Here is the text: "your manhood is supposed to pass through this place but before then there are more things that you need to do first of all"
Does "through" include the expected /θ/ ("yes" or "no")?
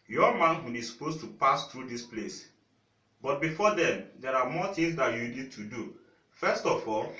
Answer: no